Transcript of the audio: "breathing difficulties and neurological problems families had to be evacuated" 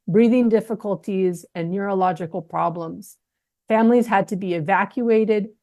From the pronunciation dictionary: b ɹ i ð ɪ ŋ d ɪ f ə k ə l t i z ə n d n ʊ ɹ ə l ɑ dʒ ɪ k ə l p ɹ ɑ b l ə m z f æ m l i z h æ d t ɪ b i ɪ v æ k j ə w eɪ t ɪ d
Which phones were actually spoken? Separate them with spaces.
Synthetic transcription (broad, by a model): b ɹ i ð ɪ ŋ d ɪ f ə k ə l t i z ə n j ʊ ɹ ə l ɑ dʒ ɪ k l p ɹ ɑ b l ə m z f æ m l i z h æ d t ɪ b i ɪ v æ k j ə eɪ t ɪ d